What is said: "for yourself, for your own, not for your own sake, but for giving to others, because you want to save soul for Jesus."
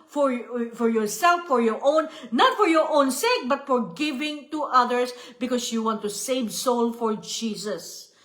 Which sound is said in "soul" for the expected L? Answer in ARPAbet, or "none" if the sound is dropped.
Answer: L